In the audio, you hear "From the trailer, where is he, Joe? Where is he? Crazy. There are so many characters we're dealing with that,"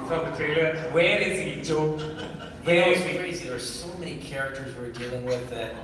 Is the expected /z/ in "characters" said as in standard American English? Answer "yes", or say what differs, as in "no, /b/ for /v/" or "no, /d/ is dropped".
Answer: yes